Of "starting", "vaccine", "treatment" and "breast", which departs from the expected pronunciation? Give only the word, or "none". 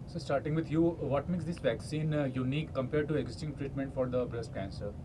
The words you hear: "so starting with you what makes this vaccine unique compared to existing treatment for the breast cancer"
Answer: none